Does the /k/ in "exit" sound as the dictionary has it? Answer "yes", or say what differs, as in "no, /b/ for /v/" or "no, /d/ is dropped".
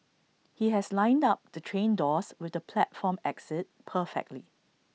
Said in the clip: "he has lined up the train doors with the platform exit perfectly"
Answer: yes